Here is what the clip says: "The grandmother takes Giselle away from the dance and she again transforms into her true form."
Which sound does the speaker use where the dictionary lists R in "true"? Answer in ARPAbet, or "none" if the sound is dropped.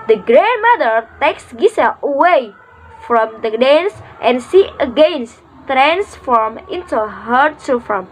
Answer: none